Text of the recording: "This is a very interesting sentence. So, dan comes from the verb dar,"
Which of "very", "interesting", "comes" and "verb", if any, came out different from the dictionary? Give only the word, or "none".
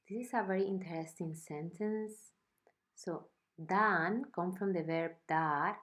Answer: comes